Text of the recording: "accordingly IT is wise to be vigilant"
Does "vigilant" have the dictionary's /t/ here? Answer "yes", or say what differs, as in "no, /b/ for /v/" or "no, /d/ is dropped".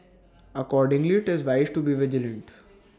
yes